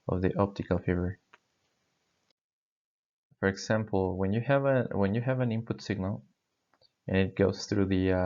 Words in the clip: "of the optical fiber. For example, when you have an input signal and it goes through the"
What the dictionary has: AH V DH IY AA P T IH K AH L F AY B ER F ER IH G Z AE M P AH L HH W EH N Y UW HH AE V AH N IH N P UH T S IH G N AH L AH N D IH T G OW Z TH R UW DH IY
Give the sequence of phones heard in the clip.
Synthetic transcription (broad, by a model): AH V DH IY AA P T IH K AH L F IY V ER F ER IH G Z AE M P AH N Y W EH N Y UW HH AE V AH N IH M P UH T S IH G N AH L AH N IH T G OW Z TH R UW DH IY